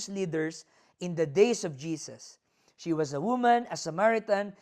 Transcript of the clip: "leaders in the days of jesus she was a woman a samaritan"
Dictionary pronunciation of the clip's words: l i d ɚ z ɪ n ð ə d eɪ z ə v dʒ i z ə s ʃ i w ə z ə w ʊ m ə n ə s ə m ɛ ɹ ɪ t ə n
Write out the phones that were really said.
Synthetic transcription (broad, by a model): l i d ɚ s ɪ n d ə d eɪ s ə v dʒ i s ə s ʃ i w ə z ə w ʊ m ə n ə s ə m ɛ ɹ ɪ t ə n